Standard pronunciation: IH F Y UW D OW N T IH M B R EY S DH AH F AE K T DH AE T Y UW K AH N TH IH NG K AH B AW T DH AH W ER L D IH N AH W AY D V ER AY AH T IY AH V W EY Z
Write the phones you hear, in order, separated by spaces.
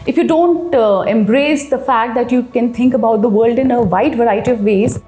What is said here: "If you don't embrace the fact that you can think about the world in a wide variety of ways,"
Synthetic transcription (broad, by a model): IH F Y UW D OW N T IH M B R EY S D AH F AE K T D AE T Y UW K AH N T IH NG K AH B AW T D AH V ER L D IH N AH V AY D V ER AY AH T IY AH V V EY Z